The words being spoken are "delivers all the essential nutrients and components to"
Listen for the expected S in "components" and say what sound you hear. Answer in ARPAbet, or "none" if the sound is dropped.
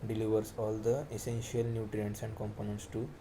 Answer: S